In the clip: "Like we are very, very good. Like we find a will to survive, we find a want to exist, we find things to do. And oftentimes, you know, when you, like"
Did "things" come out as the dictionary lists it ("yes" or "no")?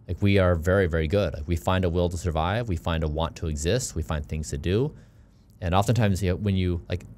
yes